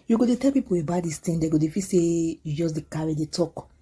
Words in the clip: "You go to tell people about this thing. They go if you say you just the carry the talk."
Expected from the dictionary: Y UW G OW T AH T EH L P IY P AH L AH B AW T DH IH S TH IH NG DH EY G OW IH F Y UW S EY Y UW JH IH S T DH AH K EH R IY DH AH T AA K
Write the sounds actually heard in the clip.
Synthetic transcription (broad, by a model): Y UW G OW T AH T EH L P IY P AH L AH B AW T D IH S T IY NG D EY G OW IH F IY S EY Y UW JH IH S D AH K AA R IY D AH T AA K